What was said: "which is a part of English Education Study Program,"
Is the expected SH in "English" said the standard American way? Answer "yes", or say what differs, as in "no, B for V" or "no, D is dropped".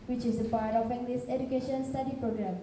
no, S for SH